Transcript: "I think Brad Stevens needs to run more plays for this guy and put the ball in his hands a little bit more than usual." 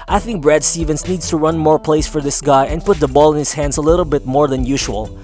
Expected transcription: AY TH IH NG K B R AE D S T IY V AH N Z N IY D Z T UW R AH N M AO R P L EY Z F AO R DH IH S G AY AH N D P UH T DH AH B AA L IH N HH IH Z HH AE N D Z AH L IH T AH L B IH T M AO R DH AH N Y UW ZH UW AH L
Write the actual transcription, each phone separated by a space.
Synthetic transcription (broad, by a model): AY TH IH NG K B R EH D S T IY V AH N S N IY D S T UW R AH N M AO R P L EY S F AO R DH IH S G AY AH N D P UH T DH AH B AA L IH N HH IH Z HH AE N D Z AH L IH T AH L B IH T M AO R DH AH N Y UW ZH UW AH L